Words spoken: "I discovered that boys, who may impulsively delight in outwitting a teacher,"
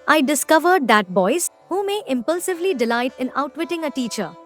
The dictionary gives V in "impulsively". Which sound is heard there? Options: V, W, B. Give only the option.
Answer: V